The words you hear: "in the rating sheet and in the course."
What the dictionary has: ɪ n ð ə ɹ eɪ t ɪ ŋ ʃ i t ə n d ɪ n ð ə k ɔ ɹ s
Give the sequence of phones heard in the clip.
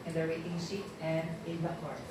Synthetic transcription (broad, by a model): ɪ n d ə ɹ eɪ t ɪ ŋ s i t ə n d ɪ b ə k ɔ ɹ